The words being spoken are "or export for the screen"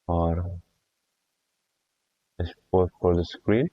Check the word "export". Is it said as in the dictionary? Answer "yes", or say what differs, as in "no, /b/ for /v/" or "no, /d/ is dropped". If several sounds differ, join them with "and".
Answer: no, /k/ is dropped